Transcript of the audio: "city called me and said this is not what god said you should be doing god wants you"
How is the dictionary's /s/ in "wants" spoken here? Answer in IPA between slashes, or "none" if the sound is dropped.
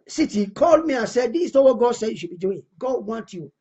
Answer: none